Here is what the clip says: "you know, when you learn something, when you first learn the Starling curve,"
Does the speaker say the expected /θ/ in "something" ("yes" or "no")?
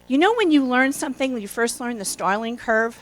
yes